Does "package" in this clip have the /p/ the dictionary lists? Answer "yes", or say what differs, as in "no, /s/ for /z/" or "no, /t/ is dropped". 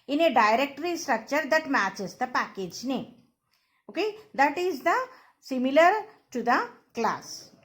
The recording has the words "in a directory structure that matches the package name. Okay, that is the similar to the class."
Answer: yes